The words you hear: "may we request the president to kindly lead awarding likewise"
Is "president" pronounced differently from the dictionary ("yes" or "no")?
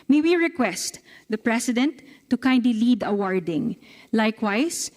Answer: yes